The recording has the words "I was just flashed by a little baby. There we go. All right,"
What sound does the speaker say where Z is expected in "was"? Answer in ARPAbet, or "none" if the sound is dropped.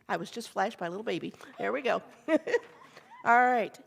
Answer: Z